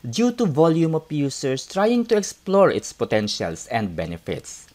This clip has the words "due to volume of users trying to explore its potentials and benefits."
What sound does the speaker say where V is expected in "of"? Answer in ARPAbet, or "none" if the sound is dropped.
P